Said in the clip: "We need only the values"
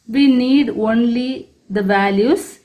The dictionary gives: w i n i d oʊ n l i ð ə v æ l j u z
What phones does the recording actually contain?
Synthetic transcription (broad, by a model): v i n i d oʊ n l i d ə v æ l j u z